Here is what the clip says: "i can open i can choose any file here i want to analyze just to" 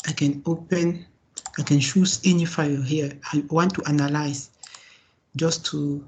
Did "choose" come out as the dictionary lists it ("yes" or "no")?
no